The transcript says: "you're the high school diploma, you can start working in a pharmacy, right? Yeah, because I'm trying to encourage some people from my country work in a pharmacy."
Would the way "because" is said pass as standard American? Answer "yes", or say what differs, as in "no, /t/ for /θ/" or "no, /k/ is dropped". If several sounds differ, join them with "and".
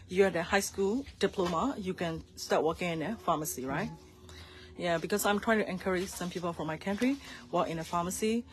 no, /s/ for /z/